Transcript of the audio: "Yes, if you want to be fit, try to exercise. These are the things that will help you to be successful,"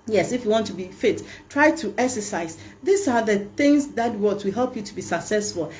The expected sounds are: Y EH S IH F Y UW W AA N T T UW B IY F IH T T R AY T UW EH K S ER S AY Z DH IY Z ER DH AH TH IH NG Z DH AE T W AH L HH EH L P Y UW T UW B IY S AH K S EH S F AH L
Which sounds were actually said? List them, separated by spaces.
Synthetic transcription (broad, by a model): Y EH S IH F Y UW W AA N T T UW B IY F IH T T R AY T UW EH K S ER S AY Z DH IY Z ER DH AH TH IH NG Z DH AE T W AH W HH EH L P Y UW T UW B IY S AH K S EH S F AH L